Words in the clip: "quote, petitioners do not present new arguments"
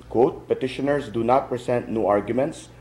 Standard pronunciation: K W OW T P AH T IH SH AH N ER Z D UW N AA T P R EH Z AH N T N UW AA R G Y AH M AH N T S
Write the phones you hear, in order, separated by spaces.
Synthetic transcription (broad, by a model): K W OW T P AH T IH SH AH N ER S D UW N AA T P R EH S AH N T N UW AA R G Y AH M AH N T S